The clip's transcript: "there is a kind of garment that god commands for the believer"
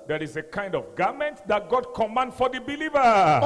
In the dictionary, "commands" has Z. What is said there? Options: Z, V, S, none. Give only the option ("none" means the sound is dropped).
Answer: none